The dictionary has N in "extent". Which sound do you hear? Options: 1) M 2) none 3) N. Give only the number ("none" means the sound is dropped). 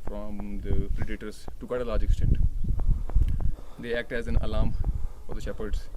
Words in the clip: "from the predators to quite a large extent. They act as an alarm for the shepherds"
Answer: 2